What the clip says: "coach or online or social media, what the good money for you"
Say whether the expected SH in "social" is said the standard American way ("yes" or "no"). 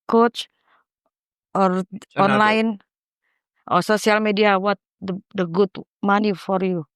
no